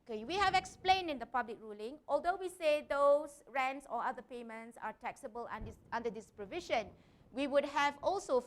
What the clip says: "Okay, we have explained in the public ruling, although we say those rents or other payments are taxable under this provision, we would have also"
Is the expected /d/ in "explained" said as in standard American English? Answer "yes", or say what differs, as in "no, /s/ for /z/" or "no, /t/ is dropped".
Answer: yes